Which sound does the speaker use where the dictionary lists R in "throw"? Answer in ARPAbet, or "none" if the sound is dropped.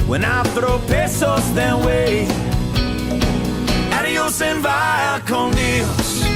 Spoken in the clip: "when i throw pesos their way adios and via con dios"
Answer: R